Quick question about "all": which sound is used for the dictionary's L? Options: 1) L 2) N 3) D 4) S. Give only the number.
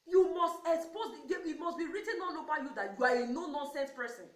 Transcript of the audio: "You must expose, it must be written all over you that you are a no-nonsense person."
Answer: 2